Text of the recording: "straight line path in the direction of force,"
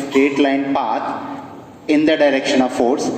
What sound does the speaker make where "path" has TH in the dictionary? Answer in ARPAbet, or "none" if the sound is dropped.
T